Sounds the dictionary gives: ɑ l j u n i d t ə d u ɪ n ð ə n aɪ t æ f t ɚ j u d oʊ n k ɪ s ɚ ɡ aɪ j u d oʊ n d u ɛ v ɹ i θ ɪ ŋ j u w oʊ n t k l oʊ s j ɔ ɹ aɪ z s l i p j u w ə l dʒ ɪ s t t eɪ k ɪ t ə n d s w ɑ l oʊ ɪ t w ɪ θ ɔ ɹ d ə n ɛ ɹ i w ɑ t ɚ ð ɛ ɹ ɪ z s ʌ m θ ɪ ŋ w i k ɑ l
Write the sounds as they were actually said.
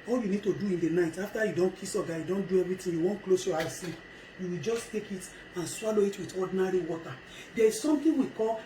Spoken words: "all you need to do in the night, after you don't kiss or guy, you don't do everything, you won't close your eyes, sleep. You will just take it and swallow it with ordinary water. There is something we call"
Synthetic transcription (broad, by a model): ɑ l j u n i d t ə d u ɪ n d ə n aɪ t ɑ f t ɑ j u d oʊ n k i s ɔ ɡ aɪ j u d oʊ n d u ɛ v ɹ i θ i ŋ j u w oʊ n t k l oʊ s j ɔ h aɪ s l i p j u w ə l dʒ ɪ s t t eɪ k ɪ t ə n s w ɑ l oʊ ɪ t w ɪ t ɔ d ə n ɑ ɹ i w ɑ t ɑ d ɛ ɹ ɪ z s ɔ m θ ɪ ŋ w i k ɑ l